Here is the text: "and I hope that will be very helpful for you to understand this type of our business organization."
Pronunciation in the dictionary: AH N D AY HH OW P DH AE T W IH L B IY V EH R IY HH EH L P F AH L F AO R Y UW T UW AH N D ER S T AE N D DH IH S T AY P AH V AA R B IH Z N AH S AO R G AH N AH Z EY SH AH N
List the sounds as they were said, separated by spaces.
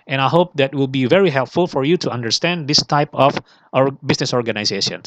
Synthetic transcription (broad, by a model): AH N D AY HH OW P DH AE T W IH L B IY V EH R IY HH EH L P F AH L F AO R Y UW T UW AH N D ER S T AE N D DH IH S T AY P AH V AA R B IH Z N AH S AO R G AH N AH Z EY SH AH N